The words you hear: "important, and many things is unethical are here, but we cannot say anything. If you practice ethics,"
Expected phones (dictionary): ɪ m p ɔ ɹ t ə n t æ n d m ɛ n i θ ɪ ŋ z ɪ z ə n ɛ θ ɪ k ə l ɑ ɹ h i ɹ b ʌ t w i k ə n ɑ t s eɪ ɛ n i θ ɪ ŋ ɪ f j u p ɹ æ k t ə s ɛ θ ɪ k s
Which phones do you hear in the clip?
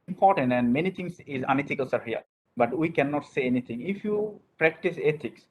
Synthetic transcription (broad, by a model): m p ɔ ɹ t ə n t æ n d m ɛ n i t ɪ ŋ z ɪ z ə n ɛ t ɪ k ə l ɑ ɹ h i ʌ b ʌ t w i k ə n ɑ t s eɪ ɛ n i t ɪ ŋ ɪ f j u p ɹ æ k t ə s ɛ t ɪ k s